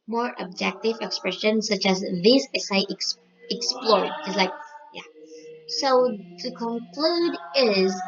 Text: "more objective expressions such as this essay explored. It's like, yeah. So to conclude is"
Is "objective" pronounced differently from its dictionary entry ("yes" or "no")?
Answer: no